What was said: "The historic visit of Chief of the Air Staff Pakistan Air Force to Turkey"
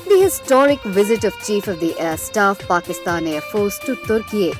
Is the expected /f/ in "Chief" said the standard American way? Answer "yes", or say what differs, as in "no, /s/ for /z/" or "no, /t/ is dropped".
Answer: yes